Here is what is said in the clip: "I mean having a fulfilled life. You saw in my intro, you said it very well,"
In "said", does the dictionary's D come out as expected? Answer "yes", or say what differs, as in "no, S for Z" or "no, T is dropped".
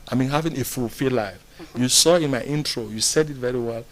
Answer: yes